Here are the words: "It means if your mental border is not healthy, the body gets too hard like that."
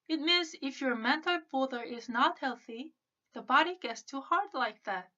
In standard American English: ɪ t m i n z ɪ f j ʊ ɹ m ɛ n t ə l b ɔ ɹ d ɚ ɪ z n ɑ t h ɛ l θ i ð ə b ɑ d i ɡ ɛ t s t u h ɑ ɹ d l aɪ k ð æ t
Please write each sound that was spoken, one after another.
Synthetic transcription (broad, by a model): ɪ t m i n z ɪ f j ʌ ɹ m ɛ n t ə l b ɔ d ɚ ɪ z n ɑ t h ɛ l θ i ð ə b ɑ d i ɡ ɛ t s t u h ɑ ɹ d l aɪ k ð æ t